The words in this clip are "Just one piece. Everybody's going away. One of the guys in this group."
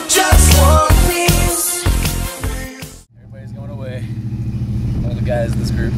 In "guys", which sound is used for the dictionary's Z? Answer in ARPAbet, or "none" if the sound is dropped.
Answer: Z